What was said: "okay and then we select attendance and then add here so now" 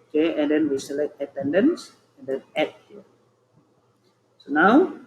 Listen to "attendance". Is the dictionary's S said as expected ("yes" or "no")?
yes